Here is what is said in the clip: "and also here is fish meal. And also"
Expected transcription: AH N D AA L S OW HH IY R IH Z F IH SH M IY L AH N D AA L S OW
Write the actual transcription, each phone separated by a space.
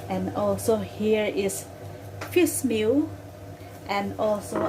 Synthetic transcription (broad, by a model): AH N AA L S OW HH IY R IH S F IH S M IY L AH N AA L S OW